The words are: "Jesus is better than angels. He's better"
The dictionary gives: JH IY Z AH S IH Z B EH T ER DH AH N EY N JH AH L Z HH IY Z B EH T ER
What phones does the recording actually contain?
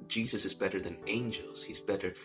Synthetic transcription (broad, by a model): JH IY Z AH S IH Z B EH T ER DH AH N EY N JH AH L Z HH IY Z B EH T ER